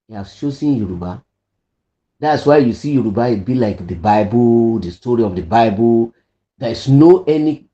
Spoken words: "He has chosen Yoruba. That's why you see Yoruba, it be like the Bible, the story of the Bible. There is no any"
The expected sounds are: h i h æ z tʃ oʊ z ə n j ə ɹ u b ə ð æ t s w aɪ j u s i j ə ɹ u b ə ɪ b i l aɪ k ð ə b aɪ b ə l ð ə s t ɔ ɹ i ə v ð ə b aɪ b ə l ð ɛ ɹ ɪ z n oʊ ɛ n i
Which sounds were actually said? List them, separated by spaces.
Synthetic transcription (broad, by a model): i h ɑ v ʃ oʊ s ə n j ə ɹ u b ə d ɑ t s w aɪ j u s i j ə ɹ u b ə ɪ b i l aɪ k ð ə b aɪ b ə l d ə s t ɔ ɹ i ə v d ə b aɪ b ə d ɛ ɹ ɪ s n oʊ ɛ n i